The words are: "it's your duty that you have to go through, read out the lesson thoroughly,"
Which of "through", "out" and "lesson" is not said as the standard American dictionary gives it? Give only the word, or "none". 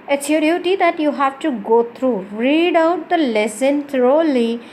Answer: through